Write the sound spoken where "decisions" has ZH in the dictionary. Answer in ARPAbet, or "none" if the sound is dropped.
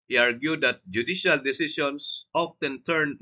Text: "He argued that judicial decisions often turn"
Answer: S